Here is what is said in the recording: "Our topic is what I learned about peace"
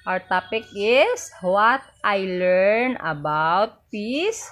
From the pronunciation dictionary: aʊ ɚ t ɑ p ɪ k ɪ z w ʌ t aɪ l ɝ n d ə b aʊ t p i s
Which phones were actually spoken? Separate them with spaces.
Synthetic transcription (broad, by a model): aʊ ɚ t ɑ p ɪ k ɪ s w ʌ t aɪ l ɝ n ə b aʊ t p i s